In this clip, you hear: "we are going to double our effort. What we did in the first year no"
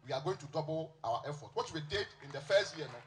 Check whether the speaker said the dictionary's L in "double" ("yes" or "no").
no